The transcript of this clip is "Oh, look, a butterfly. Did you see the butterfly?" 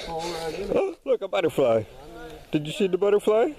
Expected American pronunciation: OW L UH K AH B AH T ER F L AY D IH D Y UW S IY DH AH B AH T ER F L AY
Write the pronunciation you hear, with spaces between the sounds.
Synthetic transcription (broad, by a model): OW L UH K AH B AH T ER F L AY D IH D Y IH S IY DH AH B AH T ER F L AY